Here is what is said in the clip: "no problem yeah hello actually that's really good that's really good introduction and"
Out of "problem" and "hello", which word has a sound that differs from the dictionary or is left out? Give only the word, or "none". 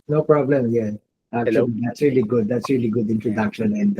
hello